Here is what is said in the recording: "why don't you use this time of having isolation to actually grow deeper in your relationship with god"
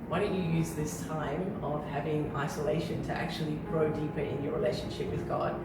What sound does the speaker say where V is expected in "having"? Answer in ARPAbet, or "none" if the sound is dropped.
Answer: V